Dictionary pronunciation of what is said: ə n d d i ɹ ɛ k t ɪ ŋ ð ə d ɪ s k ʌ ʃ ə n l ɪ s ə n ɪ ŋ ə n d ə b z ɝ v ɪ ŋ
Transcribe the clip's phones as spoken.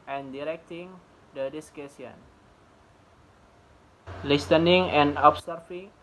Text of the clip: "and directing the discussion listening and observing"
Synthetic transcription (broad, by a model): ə n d d i ɹ ɛ k t ɪ ŋ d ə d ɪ s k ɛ s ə n l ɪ s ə n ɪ ŋ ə n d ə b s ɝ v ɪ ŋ